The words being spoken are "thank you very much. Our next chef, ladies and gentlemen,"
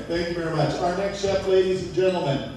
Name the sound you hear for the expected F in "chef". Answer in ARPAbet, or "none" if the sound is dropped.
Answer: P